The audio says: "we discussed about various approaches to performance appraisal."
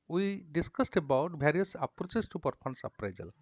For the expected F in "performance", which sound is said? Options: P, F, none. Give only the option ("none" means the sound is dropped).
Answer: P